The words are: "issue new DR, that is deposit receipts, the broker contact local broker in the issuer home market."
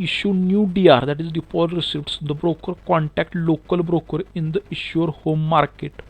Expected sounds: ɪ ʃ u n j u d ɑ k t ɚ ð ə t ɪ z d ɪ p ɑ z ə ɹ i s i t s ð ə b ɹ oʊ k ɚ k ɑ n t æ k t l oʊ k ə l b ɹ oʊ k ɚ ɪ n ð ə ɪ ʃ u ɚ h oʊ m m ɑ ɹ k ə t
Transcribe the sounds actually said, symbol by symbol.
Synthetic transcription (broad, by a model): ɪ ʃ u n j u d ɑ t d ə t ɪ z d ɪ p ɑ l ɹ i s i t s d ə b ɹ oʊ k ɚ k ɑ n t æ k t l oʊ k ə l b ɹ oʊ k ɚ ɪ n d ə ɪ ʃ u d h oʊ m m ɑ ɹ k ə t